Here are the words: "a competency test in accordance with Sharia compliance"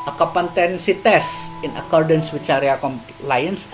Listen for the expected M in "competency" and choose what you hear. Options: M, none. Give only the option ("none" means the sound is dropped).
none